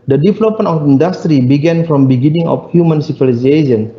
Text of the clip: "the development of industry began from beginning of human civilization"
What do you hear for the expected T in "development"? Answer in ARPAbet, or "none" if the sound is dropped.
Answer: none